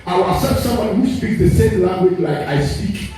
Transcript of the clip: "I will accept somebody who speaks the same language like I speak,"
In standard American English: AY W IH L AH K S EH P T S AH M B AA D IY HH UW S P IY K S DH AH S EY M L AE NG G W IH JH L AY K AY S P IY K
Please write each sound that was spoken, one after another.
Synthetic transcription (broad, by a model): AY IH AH S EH T S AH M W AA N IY HH UW S P IY K S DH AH S EY M L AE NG G W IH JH L AY K AY S P IY K